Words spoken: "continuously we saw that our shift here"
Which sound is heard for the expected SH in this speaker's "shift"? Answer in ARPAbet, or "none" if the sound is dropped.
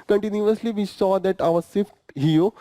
S